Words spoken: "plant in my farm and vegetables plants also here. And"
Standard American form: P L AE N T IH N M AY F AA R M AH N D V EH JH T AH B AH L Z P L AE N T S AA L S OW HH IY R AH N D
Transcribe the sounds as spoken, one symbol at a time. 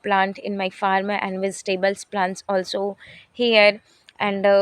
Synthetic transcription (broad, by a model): P L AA N T IH N M AY F AA R M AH N D V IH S T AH B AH L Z P L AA N T S AA L S OW HH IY R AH N D